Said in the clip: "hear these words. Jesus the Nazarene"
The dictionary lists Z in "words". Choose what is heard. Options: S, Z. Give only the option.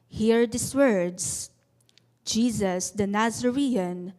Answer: S